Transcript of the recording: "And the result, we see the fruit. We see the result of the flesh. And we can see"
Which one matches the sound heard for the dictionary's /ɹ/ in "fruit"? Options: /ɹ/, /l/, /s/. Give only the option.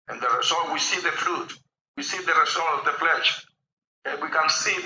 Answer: /l/